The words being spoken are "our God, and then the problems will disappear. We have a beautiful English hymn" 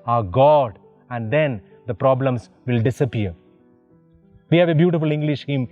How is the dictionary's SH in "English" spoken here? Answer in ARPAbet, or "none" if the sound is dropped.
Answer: SH